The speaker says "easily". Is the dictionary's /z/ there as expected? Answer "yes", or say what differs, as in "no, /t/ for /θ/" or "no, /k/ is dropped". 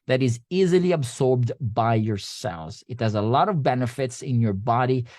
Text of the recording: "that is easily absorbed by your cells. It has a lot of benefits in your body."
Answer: yes